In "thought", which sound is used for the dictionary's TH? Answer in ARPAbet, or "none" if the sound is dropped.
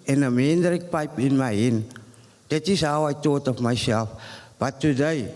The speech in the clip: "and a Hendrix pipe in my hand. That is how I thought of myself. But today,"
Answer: T